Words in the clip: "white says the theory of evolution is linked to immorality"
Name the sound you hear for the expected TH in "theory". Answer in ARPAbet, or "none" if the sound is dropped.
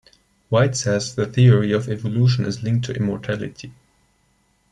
TH